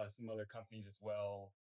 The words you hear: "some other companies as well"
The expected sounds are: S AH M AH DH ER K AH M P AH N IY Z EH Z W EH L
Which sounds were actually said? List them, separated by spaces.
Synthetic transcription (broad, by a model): S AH M AH DH ER K AH M P AH N IY Z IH Z W EH L